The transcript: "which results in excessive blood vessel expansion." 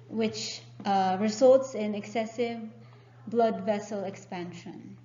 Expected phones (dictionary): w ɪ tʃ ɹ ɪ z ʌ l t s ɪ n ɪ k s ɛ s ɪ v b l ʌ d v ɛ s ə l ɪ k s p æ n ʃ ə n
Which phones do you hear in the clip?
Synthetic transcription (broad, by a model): w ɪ tʃ ɹ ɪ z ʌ l t s ɪ n ɪ k s ɛ s ɪ v b l ʌ d v ɛ s ə l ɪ k s p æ n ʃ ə n